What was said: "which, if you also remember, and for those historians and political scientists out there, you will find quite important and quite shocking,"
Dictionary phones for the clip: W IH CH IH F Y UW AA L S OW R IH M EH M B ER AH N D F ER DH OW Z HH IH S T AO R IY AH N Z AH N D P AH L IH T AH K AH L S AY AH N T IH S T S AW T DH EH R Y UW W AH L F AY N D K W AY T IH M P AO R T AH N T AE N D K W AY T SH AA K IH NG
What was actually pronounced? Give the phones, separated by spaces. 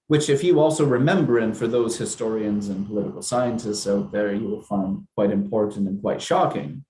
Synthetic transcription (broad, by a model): W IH CH IH F Y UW AA L S OW R IH M EH M B ER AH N F ER DH OW Z HH IH S T AO R IY AH N Z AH N P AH L IH T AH K L S AY AH N T IH S T S AW T DH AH R Y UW W AH L F AY N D K W AY T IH M P AO R T N T N K W AY T SH AA K IH NG